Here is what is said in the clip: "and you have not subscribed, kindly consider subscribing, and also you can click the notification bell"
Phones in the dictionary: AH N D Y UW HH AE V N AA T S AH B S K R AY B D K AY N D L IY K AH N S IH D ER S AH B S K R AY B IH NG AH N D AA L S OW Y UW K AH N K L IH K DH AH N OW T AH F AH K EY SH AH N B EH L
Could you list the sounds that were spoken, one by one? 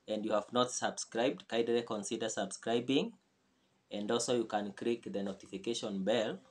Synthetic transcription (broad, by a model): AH N D Y UW HH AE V N AA T S AH B S K R AY B D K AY D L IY K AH N S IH D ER S AH B S K R AY B IH NG AH N D AA L S OW Y UW K AH N K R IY K DH AH N OW T AH F AH K EY SH AH N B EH L